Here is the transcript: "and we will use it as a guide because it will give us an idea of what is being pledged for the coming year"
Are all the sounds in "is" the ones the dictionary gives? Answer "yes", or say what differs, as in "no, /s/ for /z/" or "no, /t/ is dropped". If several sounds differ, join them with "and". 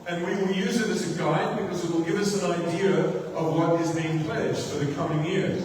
yes